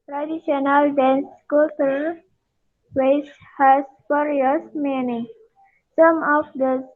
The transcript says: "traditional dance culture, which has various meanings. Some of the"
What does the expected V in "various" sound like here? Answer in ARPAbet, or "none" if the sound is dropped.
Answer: F